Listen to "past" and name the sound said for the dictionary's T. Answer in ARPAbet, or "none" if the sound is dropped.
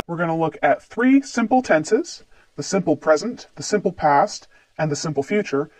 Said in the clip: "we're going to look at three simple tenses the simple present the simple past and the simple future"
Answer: T